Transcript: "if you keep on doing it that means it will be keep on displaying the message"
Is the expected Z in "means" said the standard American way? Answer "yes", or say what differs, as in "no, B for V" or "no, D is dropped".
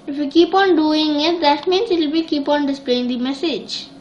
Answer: no, S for Z